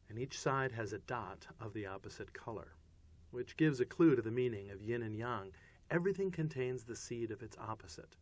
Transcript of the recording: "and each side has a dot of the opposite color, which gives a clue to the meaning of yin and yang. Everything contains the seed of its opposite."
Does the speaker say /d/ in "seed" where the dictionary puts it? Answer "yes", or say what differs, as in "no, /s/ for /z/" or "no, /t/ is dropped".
yes